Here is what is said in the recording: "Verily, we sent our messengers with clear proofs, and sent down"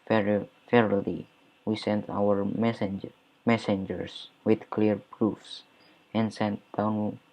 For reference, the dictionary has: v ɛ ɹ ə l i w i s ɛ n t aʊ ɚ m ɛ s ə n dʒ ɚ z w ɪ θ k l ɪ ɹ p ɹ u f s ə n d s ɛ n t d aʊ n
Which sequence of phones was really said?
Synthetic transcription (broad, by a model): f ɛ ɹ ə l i w i s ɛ n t aʊ ɚ m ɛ s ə n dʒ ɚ s w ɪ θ k l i ɹ p ɹ u f s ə n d s ɛ n t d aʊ n